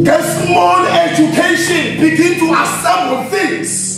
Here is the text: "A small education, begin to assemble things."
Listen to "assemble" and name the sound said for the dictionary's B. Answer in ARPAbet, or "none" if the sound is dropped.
none